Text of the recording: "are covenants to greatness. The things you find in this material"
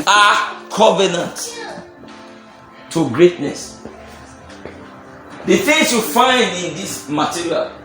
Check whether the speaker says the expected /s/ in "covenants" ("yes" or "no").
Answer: no